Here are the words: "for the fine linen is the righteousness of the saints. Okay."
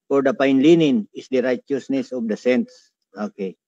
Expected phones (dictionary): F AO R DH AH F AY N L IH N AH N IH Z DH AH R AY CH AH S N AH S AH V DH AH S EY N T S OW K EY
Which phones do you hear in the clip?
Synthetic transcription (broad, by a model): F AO R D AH P AY N L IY N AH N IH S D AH R AY CH AH S N AH S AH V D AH S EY N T S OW K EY